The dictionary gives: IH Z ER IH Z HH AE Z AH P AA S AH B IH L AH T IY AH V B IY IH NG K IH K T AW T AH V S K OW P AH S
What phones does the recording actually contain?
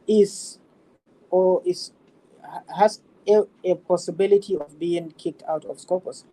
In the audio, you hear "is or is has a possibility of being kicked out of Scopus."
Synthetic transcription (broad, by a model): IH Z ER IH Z HH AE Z AH P AA S AH B IH L AH T IY AH V B IY IH NG K IH K T AW T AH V S K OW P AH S